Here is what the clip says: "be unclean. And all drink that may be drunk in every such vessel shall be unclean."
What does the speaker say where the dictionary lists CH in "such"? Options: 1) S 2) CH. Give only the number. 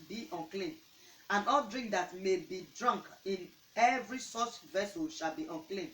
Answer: 1